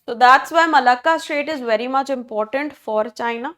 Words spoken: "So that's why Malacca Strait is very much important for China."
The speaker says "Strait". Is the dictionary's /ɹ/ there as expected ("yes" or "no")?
no